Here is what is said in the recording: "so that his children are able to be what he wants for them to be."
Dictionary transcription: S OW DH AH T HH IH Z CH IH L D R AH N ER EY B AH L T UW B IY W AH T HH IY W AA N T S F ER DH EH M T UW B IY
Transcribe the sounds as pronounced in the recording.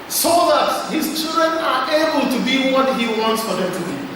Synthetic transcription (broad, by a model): S OW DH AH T HH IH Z CH IH L D R AH N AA EY B AH L T UW B IY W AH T HH IY W AA N T S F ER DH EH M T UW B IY